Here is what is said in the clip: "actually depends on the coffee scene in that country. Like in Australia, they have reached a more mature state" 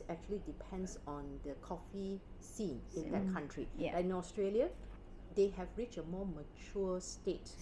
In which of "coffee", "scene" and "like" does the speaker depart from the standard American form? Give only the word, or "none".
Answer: like